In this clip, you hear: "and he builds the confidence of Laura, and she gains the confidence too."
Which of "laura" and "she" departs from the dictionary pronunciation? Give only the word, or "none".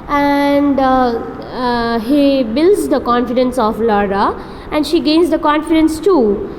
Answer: none